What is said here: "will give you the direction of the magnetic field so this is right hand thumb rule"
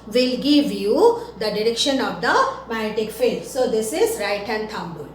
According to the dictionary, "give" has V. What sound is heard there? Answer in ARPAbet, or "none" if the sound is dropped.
V